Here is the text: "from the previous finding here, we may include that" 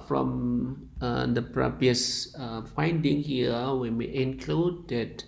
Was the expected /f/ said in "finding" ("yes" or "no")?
yes